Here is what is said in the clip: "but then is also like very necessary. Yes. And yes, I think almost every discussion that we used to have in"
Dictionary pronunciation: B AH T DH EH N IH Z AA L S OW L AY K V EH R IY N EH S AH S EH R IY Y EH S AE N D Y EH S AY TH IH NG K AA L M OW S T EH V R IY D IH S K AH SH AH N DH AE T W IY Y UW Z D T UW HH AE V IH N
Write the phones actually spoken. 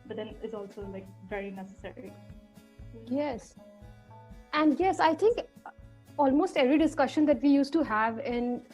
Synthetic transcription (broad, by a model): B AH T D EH N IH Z AA L S OW L AY K V EH R IY N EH S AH S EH R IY Y EH S AE N D Y EH S AY T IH NG K AA L M OW S T EH V R IY D IH S K AH SH AH N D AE T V IY Y UW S T UW HH AE V IH N